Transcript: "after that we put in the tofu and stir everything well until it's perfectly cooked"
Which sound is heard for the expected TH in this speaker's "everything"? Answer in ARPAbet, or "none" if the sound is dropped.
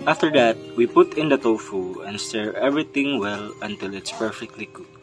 T